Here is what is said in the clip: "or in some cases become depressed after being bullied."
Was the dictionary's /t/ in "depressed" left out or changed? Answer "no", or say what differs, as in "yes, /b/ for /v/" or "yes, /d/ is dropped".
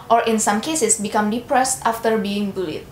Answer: no